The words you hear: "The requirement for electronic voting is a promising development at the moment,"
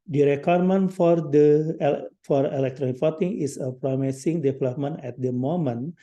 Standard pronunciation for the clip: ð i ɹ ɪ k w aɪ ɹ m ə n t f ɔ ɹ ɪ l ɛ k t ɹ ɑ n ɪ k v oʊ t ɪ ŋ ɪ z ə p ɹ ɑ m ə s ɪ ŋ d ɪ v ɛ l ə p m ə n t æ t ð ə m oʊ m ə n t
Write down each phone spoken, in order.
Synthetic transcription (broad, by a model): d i ɹ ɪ k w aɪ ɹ m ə n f f ɔ ɹ ɪ l ɛ k t ɹ ɑ n ɪ k f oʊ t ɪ ŋ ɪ s ə p ɹ ɑ m ə s ɪ ŋ d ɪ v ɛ l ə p m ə n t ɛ t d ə m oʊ m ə n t